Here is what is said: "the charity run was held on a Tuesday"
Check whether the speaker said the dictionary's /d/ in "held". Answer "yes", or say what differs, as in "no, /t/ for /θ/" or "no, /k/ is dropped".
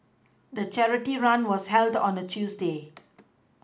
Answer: yes